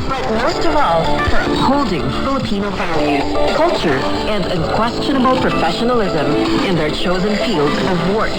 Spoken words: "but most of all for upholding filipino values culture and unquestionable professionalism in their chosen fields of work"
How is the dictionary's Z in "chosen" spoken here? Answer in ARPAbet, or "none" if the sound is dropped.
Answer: Z